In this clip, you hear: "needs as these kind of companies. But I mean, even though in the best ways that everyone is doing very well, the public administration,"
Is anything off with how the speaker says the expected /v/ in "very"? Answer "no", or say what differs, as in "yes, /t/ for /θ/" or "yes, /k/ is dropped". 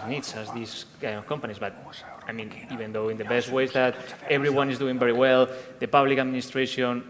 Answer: yes, /b/ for /v/